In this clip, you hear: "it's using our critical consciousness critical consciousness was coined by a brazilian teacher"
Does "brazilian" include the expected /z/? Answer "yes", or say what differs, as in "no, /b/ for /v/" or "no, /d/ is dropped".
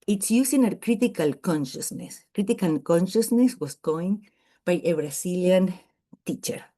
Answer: no, /s/ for /z/